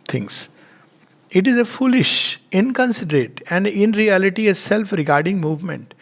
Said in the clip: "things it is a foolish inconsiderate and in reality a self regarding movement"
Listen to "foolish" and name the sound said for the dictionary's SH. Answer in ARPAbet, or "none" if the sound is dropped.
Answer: SH